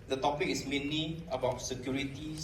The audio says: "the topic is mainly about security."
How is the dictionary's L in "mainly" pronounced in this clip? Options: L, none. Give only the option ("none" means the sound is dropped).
none